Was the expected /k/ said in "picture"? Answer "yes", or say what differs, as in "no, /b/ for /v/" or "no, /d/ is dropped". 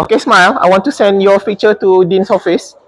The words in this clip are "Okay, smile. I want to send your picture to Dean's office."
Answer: no, /k/ is dropped